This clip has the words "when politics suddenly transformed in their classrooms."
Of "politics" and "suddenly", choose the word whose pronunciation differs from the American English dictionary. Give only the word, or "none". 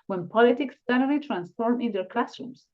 suddenly